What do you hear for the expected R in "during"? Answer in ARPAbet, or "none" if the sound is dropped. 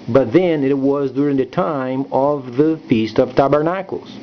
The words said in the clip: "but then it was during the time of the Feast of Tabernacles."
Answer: R